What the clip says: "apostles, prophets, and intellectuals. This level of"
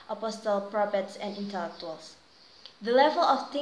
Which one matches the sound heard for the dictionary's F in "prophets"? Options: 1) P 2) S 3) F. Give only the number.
1